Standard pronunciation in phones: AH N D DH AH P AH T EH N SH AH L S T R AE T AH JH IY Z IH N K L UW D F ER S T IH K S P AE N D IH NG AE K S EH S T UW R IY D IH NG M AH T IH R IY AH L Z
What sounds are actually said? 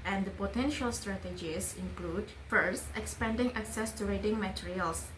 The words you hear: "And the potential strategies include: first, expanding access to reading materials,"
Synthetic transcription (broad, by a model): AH N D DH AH P AH T EH N SH AH L S T R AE T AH JH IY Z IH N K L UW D F ER S T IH K S P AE N D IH NG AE K S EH S T UW R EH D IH NG M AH T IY R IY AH L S